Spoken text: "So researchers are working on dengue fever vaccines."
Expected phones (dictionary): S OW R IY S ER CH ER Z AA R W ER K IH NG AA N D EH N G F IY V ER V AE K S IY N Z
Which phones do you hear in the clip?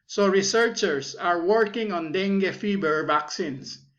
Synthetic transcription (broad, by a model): S OW R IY S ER CH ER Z AA R W ER K IH NG AA N D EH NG G F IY B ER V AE K S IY N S